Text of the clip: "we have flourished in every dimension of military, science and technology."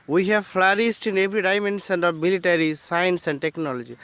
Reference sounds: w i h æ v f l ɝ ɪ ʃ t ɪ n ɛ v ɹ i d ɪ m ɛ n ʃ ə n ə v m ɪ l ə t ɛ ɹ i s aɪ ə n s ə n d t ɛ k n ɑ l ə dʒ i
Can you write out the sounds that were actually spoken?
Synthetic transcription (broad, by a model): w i h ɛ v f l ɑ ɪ s t ɪ n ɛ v ɹ i d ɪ m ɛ n s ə n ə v m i l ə t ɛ ɹ i s aɪ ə n s ə n d t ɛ k n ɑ l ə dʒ i